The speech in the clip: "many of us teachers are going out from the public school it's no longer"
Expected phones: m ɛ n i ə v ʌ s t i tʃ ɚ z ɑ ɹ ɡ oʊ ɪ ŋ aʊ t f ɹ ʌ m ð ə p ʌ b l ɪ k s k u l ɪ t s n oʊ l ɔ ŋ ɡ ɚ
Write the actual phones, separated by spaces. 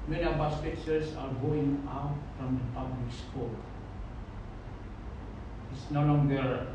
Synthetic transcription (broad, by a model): m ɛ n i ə b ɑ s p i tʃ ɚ s ɑ ɹ ɡ oʊ ɪ ŋ aʊ t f ɹ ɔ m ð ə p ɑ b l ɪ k s k u l ɪ t s n oʊ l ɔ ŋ ɡ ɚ